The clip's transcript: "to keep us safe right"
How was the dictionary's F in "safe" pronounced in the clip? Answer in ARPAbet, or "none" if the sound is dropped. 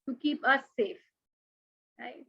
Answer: F